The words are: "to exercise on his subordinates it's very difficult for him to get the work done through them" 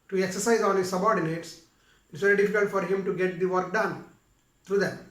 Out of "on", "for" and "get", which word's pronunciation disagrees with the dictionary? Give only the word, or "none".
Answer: on